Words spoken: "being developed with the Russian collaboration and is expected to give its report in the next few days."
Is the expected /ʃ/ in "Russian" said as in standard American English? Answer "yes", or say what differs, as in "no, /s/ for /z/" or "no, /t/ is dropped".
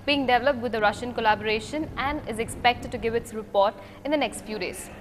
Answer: yes